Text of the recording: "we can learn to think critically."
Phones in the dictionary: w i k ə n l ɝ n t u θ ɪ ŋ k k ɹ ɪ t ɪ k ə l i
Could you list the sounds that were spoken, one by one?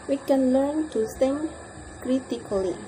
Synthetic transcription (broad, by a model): w i k ə n l ɝ n t u s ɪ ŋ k k ɹ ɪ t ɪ k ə l i